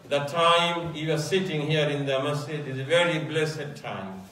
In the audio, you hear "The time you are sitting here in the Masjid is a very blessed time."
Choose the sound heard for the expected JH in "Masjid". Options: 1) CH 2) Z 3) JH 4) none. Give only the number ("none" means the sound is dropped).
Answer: 4